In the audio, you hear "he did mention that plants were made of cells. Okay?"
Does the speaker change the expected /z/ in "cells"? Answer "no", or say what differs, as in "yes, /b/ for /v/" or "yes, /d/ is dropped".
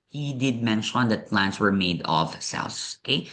yes, /s/ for /z/